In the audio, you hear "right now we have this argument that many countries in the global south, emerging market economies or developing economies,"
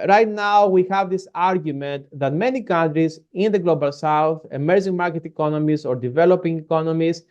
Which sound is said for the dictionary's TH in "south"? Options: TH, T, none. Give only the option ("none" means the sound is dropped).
TH